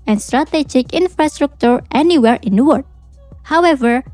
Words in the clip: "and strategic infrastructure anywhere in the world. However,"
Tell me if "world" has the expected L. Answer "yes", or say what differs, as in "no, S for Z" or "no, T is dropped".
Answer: no, L is dropped